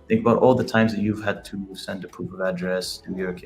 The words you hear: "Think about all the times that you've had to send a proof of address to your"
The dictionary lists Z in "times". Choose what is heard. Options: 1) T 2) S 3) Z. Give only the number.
3